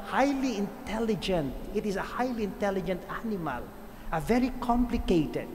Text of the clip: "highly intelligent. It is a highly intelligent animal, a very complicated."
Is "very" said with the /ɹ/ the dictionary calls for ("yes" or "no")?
yes